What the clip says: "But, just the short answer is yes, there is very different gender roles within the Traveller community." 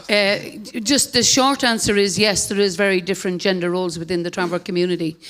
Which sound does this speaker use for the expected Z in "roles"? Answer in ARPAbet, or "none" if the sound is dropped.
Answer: Z